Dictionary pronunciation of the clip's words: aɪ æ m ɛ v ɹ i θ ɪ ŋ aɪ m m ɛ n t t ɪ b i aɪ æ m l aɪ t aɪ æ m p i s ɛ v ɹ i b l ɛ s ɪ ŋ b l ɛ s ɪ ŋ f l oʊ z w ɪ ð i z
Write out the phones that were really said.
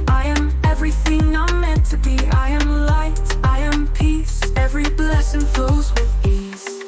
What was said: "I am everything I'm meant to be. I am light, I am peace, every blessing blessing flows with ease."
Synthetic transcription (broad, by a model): aɪ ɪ m ɛ v ɹ i θ ɪ ŋ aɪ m m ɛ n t t ɪ b i aɪ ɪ m l aɪ t aɪ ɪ m p i s ɛ v ɹ i b l ɛ s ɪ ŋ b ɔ ɪ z w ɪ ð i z